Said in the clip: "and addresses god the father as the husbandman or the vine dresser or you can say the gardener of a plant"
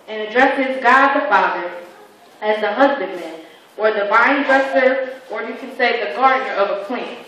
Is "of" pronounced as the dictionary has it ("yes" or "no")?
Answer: yes